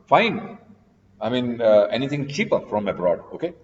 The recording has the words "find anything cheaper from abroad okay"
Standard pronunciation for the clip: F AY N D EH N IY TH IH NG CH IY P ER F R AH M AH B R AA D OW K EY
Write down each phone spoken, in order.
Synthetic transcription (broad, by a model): F AY N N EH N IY T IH NG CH IY P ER F R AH M AH B R AA D OW K EY